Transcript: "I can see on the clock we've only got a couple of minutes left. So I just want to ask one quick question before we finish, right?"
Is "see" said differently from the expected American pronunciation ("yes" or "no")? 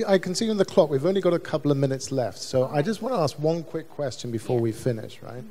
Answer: no